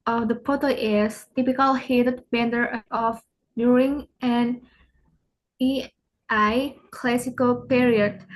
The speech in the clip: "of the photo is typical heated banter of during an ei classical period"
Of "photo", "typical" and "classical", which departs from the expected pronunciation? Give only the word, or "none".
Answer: photo